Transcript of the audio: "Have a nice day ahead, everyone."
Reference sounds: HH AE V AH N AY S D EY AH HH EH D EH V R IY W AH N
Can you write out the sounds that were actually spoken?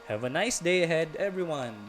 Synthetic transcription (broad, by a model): HH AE V AH N AY S D EY AH HH EH D EH V R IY W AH N